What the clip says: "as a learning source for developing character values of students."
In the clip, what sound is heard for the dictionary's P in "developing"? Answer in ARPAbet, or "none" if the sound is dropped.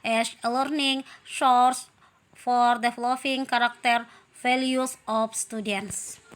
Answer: F